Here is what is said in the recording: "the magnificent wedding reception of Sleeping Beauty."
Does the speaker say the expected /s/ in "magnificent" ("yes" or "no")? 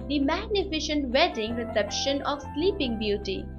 no